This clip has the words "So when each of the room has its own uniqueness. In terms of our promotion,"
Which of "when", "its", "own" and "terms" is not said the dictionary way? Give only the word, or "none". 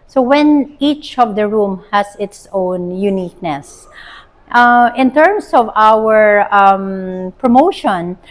terms